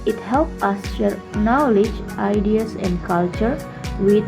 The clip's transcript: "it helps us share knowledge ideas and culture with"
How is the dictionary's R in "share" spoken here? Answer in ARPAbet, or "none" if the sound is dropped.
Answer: R